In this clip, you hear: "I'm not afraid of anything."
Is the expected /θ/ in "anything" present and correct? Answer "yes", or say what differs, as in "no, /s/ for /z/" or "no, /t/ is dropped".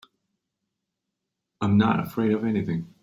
yes